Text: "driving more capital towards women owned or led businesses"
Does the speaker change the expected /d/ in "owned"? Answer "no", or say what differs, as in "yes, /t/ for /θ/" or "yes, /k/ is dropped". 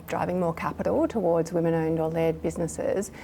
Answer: no